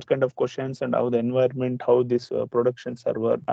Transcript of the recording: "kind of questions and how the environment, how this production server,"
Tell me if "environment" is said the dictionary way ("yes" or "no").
no